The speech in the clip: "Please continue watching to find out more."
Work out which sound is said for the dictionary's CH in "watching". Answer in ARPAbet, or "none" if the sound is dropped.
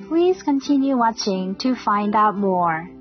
CH